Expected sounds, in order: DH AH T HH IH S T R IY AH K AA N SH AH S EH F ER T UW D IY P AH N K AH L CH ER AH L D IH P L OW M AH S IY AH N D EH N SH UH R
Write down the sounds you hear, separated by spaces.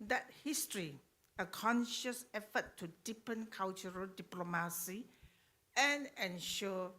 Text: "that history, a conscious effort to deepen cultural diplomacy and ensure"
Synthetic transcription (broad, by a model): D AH T HH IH S T R IY AH K AA N SH AH S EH F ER T UW D IY P AH N K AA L CH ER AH L D IH P L OW M AH S IY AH N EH N SH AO